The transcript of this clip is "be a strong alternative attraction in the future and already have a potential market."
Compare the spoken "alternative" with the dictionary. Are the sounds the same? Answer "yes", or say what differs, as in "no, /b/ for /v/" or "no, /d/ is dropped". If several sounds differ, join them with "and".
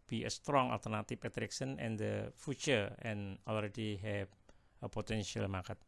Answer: no, /p/ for /v/